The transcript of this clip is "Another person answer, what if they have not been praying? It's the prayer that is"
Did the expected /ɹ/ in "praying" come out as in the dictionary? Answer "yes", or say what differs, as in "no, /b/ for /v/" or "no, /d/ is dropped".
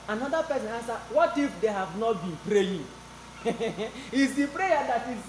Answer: yes